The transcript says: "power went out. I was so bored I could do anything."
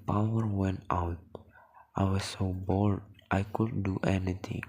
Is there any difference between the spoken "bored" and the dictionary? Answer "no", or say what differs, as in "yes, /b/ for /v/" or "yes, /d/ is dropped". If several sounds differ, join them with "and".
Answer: yes, /l/ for /ɹ/